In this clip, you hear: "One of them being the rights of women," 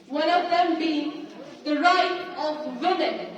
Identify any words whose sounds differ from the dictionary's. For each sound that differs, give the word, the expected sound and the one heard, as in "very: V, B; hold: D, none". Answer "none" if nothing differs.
rights: S, none